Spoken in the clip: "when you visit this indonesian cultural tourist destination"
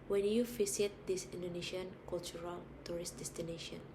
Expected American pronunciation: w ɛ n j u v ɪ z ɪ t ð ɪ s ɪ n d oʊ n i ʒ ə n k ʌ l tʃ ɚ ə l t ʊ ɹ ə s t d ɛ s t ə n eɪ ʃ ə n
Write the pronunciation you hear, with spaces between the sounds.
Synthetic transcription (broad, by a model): w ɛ n j u f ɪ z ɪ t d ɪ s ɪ n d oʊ n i ʃ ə n k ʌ l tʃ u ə l t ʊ ɹ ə s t d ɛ s t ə n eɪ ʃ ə n